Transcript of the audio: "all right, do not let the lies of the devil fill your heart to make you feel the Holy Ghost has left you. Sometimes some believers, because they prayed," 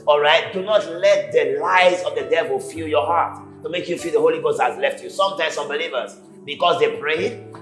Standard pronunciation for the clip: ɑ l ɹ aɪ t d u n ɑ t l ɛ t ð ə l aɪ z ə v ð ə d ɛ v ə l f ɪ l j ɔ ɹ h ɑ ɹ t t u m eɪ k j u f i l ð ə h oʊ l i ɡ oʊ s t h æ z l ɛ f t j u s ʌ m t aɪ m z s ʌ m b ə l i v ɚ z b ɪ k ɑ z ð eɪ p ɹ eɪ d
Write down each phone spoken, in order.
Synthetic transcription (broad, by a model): ɑ l ɹ aɪ t d u n ɑ t l ɛ t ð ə l aɪ z ə v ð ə d ɛ v ə l f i l j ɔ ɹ h ɑ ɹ t t u m eɪ k j u f i l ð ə h oʊ l i ɡ oʊ s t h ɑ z l ɛ f t j u s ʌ m t aɪ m s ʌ m b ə l i v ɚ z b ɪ k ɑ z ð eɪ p ɹ eɪ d